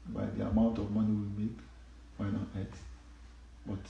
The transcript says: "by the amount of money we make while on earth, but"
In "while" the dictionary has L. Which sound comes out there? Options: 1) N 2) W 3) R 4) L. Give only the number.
1